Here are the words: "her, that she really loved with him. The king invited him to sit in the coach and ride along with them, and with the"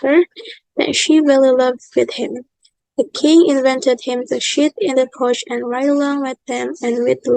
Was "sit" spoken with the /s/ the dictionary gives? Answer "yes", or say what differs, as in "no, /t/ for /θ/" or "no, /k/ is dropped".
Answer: no, /ʃ/ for /s/